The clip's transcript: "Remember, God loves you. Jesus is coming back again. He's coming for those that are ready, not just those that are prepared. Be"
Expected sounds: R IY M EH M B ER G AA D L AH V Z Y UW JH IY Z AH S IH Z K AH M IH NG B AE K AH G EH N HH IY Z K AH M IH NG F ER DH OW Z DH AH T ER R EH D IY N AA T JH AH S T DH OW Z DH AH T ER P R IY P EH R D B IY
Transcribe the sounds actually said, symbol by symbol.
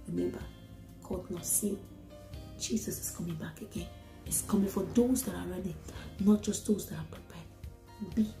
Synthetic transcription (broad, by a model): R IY M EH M B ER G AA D N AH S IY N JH IY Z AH S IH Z K AH M IH NG B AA K AH G EH N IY S K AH M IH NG F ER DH OW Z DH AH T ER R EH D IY N AA T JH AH S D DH OW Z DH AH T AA P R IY P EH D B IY